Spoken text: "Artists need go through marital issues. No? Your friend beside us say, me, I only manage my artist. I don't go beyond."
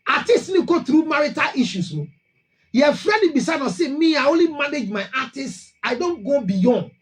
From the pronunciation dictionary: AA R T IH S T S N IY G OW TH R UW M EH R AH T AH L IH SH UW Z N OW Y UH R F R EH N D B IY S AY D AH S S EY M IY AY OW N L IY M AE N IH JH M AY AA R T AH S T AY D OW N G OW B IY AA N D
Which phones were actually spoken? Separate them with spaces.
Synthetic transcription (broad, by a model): AA T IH S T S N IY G OW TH R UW M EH R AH T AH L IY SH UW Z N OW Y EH F R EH D B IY S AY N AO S S EY M IY AY OW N L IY M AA N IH JH M AY AA T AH S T AY D OW N G OW B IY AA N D